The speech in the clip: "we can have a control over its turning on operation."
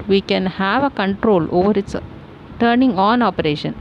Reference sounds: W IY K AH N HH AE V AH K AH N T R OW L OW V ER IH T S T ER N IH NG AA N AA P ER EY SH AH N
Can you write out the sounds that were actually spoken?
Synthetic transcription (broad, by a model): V IY K AH N HH AE V AH K AH N T R OW L OW V ER IH T S T ER N IH NG AA N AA P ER EY SH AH N